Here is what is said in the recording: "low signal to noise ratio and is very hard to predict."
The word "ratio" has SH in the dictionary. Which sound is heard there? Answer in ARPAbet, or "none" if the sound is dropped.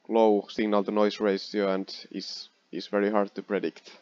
S